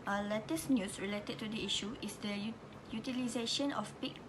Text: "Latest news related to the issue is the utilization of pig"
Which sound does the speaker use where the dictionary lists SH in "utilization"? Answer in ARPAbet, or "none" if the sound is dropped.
SH